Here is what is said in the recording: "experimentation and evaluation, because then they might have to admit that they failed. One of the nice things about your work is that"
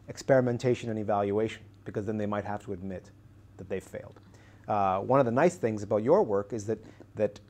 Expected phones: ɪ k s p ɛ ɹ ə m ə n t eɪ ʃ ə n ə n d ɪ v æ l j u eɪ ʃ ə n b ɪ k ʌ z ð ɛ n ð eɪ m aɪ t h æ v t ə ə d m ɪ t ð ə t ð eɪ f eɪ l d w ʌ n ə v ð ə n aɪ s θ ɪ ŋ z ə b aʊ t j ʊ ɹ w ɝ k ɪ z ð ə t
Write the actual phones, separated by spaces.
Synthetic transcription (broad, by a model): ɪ k s p ɛ ɹ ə m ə n t eɪ ʃ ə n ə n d ɪ v æ l j u eɪ ʃ ə n b ɪ k ʌ z ð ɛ n ð eɪ m aɪ t h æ f t ə ə d m ɪ t ð ə t ð eɪ f eɪ l d w ʌ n ə v ð ə n aɪ s θ ɪ ŋ z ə b aʊ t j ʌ ɹ w ɝ k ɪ z ð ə t